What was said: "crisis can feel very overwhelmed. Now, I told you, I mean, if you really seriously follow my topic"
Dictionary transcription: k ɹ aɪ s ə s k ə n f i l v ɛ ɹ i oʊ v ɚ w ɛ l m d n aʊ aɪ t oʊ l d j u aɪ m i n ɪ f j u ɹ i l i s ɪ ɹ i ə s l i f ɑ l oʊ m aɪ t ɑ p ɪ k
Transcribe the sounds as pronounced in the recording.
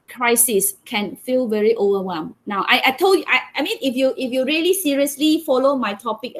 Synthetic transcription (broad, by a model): k ɹ aɪ s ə s k ə n f i l v ɛ ɹ i oʊ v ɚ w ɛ m n aʊ aɪ t oʊ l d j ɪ aɪ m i n ɪ f j u ɹ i l i s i ɹ i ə s l i f ɑ l oʊ m aɪ t ɑ p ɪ k